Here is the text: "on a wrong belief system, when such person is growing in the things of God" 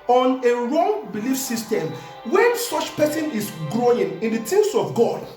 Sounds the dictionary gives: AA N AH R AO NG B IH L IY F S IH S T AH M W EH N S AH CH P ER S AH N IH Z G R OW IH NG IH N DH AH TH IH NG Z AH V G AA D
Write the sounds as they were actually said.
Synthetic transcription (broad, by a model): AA N AH R AO NG B IH L IY F S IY S T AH M W EH N S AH CH P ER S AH N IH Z G R OW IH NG IH N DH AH T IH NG S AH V G AA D